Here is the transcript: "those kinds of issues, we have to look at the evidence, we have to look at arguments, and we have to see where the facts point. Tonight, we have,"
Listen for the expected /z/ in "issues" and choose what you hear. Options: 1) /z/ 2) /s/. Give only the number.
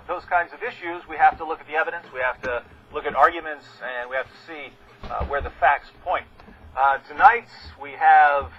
1